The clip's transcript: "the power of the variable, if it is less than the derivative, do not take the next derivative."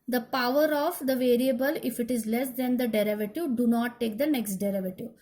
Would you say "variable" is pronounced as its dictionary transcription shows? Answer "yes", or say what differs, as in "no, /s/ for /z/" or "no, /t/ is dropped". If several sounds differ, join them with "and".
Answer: yes